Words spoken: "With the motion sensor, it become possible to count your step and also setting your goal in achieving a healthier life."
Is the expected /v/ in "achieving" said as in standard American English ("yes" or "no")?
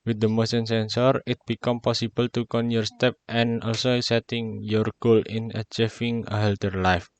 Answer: no